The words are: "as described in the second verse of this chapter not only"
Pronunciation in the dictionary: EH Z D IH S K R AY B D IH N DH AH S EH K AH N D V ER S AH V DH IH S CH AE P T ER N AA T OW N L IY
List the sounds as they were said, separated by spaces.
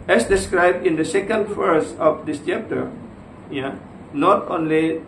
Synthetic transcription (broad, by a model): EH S D IH S K R AY B D IH N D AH S EH K AH N D F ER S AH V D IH S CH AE P T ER N AA T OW N L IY